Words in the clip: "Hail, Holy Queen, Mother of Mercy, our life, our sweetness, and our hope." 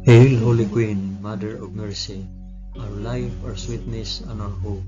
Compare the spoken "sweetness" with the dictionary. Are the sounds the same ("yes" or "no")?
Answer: yes